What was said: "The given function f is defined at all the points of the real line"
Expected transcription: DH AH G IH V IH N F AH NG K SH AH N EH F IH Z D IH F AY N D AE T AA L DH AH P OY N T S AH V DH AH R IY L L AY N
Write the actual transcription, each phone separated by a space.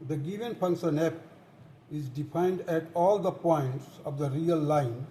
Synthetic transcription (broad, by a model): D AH G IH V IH N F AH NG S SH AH N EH P IH Z D IH F AY N D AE T AA L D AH P OY N T S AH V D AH R IY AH L AY N